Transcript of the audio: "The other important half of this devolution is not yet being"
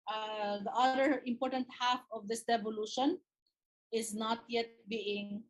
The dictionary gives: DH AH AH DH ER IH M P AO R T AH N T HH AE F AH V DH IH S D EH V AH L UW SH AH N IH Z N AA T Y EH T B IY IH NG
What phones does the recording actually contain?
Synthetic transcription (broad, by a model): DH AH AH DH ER IH M P AO R T AH N T HH AE F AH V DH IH S D EH V AH L UW SH AH N IH Z N AA T Y EH T B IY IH NG